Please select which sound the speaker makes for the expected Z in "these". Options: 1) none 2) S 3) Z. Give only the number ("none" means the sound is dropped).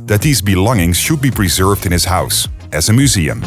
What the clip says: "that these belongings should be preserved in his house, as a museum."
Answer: 3